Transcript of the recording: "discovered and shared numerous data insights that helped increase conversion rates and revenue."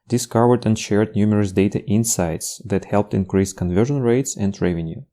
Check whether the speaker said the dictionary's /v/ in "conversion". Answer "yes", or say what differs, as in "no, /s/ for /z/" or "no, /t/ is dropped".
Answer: yes